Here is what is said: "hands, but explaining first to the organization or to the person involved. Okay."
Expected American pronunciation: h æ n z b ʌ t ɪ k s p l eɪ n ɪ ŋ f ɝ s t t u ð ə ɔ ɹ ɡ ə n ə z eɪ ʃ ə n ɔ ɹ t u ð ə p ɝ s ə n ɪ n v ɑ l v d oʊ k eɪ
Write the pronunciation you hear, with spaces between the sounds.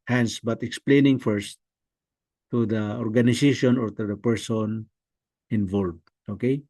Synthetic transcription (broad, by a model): h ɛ n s b ʌ t ɪ k s p l eɪ n ɪ ŋ f ɝ s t t u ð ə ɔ ɹ ɡ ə n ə s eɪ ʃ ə n ɔ ɹ t u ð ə p ɝ s ə n ɪ n v ɑ l v d oʊ k eɪ